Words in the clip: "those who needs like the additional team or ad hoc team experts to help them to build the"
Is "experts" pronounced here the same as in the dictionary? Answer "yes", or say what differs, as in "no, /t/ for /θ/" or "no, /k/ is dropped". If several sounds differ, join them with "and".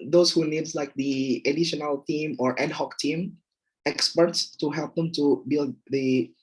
yes